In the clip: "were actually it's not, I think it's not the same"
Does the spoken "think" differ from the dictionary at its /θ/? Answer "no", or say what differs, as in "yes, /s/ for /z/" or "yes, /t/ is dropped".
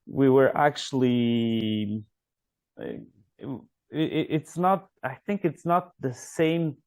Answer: no